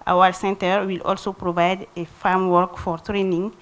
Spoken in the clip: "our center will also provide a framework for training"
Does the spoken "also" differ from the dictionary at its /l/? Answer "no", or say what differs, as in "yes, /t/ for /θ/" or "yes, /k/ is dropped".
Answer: no